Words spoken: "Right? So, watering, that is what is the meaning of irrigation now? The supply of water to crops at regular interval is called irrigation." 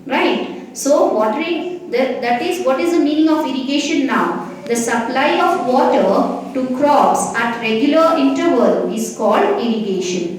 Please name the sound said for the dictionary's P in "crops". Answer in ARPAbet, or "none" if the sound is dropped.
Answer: none